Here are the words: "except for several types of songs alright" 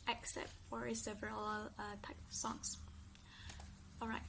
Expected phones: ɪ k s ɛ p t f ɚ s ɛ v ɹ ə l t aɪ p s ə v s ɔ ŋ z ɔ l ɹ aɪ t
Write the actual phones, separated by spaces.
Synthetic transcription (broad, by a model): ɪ k s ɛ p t f ɚ s ɛ v ɹ ə l t aɪ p ə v s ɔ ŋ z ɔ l ɹ aɪ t